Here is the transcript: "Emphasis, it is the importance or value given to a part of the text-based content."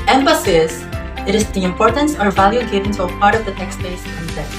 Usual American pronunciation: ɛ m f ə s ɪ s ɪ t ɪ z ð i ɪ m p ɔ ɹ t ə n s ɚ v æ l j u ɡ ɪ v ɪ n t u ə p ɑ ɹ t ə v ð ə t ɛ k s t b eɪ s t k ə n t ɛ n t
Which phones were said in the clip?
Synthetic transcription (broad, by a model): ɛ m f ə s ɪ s ɪ t ɪ z ð i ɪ m p ɔ ɹ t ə n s ɚ v æ l j u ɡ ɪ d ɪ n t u ə p ɑ ɹ t ə v ð ə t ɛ k s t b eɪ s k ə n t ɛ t